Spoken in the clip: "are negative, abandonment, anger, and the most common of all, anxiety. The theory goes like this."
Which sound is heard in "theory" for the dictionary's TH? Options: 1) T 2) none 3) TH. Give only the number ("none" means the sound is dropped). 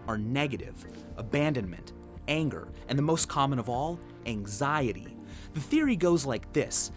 3